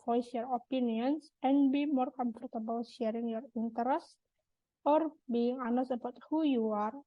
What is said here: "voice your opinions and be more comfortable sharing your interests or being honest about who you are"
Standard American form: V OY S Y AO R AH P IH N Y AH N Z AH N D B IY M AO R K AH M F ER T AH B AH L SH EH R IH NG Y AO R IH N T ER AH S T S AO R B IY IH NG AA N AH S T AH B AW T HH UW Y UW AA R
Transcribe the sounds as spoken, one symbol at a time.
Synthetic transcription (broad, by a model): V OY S Y AO R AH P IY N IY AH N S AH N B IY M AO R K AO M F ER T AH B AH L SH EH R IH NG Y AO R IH N T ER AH S T AO R B IY IH NG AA N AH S AH B AW T HH UW Y UW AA R